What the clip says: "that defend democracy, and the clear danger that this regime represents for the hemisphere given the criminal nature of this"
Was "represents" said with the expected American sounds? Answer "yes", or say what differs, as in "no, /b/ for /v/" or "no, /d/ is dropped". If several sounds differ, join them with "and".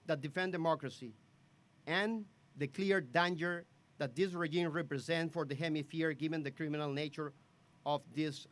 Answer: no, /s/ is dropped